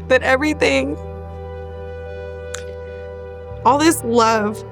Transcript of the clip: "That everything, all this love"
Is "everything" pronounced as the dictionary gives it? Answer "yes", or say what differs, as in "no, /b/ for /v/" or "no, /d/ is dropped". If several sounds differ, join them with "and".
yes